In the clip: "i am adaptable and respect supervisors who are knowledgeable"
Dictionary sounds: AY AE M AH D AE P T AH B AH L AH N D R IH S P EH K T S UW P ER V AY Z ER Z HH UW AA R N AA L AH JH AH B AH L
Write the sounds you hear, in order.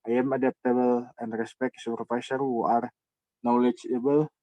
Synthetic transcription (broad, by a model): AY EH M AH D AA P T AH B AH L AH N D R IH S P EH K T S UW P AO F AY S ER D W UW AA R N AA L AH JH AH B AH L